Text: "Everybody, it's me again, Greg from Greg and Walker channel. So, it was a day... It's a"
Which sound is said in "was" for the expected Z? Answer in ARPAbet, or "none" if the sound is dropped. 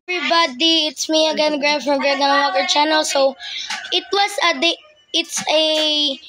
S